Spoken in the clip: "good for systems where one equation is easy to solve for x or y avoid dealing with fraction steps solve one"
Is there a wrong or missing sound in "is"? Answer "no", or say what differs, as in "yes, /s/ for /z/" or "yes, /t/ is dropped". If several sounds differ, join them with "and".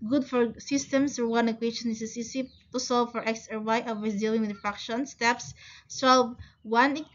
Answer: yes, /s/ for /z/